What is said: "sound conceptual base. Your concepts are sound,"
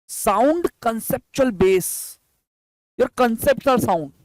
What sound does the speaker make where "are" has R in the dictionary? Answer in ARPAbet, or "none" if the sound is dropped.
L